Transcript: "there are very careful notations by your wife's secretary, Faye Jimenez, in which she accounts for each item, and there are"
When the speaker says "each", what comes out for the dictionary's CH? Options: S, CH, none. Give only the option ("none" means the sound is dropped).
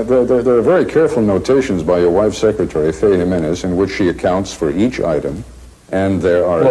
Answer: CH